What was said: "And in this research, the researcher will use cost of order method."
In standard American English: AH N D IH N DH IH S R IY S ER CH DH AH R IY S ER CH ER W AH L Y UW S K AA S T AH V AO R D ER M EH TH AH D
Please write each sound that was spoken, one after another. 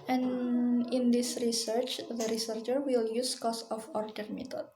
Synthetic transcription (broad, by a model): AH N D IH N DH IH S R IY S ER CH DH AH R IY S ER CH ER W AH L Y UW S K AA S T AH F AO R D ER M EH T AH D